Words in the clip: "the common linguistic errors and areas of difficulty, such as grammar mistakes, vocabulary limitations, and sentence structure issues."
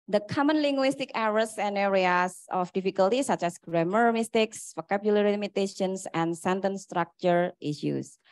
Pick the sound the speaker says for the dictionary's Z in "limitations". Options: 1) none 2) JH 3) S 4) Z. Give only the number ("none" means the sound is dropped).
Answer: 3